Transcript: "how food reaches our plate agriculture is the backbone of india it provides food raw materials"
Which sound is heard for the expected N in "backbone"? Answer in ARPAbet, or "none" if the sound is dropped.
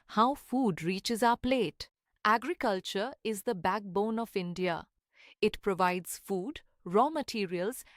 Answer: N